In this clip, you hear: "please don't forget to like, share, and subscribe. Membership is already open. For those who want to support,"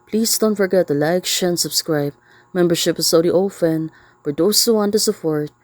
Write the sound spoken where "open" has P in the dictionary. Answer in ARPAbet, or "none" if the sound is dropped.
F